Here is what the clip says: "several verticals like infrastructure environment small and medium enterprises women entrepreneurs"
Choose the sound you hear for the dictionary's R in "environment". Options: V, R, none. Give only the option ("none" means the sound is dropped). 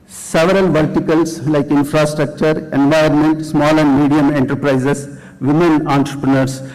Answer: none